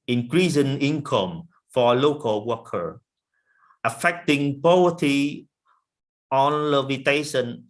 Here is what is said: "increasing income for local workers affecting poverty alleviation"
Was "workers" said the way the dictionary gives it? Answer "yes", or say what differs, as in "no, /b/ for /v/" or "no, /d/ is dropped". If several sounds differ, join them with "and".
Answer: no, /z/ is dropped